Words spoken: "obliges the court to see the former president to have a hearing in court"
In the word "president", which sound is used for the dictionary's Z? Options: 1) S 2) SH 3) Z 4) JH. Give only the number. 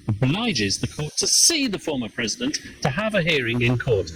3